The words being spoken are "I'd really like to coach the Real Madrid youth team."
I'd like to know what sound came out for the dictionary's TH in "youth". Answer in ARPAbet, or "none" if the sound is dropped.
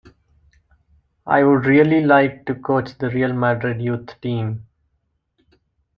T